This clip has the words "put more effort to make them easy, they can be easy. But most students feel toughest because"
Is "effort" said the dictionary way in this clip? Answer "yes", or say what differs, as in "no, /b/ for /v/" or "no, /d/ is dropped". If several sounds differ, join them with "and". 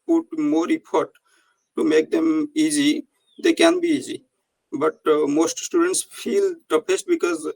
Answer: no, /p/ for /f/